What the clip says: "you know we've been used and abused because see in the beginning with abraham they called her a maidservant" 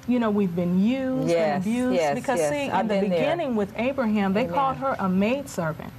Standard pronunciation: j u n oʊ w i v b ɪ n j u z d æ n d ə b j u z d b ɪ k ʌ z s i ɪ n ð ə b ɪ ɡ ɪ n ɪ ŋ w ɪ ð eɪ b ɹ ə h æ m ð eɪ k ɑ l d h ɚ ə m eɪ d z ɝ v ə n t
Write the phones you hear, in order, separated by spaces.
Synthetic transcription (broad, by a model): j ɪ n oʊ w i v b ɪ n j u z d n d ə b j u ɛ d b ɪ k ʌ z ʃ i ɪ n ð ə b ɪ ɡ ɪ n ɪ ŋ w ɪ ð eɪ b ɹ ə h æ m ð eɪ k ɑ l d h ɚ ə m eɪ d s ɝ v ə n t